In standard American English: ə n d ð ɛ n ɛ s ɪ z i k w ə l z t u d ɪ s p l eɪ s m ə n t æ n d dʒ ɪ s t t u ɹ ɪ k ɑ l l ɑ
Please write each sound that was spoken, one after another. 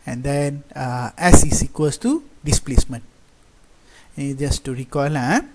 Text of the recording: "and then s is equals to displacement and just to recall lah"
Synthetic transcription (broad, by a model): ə n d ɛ n ɛ s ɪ s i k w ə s t u d ɪ s p l eɪ s m ə n t dʒ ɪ s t t u ɹ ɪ k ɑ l l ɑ